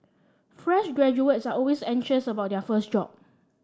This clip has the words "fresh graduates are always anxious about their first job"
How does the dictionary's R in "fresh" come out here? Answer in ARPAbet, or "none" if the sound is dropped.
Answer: R